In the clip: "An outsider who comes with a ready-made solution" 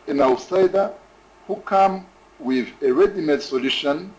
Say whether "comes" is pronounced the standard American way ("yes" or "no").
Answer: no